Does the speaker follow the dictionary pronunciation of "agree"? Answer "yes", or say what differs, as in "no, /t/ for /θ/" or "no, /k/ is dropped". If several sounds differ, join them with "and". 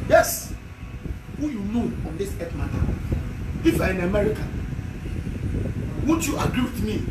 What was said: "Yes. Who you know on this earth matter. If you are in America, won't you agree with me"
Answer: yes